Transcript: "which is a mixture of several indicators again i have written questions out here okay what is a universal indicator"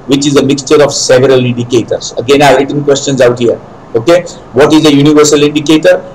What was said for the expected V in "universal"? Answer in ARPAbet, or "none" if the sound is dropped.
V